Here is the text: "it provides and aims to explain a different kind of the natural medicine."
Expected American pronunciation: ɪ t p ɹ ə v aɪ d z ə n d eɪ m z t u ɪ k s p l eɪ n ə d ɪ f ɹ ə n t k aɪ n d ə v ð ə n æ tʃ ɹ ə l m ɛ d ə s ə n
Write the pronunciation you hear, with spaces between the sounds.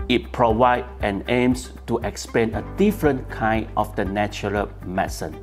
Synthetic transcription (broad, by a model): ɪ t p ɹ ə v aɪ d ə n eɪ m s t u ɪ k s p eɪ n ə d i f ɹ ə n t k aɪ n d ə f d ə n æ tʃ ɹ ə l m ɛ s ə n